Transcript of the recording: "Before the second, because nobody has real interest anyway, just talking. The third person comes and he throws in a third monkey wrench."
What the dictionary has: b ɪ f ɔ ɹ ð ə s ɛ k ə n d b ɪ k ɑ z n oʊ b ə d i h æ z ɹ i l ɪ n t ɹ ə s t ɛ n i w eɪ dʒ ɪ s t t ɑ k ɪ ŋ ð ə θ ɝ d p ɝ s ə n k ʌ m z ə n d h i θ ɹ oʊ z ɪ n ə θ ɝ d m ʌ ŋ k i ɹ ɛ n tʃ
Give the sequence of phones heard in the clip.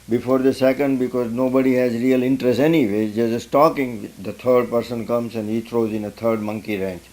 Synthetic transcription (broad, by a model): b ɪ f ɔ ɹ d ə s ɛ k ə n d b ɪ k ɑ z n oʊ b ə d i h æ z ɹ i l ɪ n t ɹ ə s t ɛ n i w eɪ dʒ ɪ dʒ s t ɑ k ɪ ŋ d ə t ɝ d p ɝ s ə n k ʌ m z ə n d h i t ɹ oʊ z ɪ n ə t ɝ d m ʌ ŋ k i ɹ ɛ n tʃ